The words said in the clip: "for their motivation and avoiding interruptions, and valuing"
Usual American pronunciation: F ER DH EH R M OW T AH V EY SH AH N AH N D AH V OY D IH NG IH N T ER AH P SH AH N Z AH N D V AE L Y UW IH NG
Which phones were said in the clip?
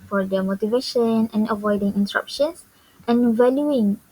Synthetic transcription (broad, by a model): F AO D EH M OW T AH V EY SH AH N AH N AH V OY D IH NG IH N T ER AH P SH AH N S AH N V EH L Y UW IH NG